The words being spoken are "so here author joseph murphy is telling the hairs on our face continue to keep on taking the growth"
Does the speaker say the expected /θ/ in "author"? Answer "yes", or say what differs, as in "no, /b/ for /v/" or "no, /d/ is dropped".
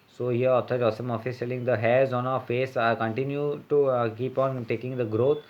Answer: no, /t/ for /θ/